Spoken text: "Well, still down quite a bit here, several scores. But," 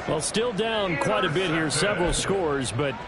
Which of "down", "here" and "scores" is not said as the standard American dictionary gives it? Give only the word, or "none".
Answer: none